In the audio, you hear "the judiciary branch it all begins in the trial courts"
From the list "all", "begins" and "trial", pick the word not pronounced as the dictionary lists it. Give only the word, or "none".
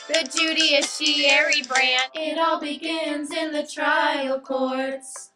none